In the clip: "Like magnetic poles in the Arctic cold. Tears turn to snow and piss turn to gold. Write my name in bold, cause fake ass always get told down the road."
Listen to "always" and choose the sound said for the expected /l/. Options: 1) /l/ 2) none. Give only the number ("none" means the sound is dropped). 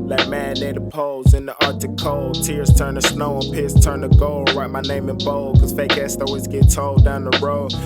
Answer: 2